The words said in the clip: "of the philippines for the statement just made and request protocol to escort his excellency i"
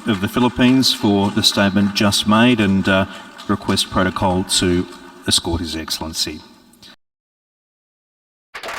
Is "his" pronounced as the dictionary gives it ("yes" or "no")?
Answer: yes